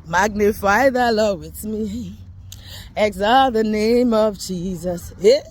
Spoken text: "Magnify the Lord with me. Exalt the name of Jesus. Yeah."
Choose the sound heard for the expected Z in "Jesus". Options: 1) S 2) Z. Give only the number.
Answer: 2